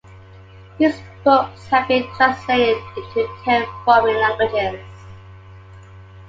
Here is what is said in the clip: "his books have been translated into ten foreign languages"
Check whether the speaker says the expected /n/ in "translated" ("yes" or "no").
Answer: no